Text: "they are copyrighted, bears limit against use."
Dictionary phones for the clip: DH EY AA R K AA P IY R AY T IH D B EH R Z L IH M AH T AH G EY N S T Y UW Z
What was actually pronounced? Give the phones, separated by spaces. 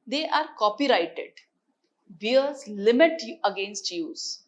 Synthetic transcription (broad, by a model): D EY AA R K AA P IY R AY T IH D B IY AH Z L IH M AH T AH G EY N S T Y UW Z